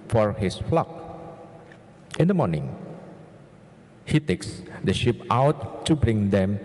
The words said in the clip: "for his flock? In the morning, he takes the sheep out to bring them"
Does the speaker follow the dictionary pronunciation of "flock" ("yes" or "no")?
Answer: yes